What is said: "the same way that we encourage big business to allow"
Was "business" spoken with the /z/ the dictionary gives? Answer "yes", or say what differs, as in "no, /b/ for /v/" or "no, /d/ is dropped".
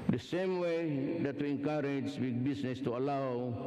no, /s/ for /z/